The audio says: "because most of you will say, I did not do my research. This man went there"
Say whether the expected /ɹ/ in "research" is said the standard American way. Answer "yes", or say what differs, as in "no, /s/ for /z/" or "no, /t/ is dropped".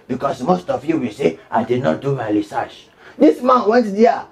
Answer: no, /l/ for /ɹ/